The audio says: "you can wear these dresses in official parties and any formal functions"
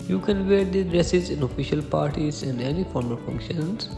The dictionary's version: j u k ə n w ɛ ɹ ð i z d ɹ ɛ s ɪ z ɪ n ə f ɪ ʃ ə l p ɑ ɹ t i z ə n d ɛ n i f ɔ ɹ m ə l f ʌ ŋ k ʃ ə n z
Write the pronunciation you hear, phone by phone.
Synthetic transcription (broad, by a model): j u k ə n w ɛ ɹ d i d ɹ ɛ s ɪ z ɪ n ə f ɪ ʃ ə l p ɑ ɹ t i z ə n d ɛ n i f ɔ ɹ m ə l f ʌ ŋ k ʃ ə n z